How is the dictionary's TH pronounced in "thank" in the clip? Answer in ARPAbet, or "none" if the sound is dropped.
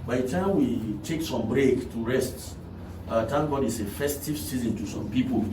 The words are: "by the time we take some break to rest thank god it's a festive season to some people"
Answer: T